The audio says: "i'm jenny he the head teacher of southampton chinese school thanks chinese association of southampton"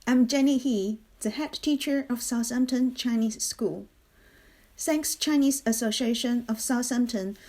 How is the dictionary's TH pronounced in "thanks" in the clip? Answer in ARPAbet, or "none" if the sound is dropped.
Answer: S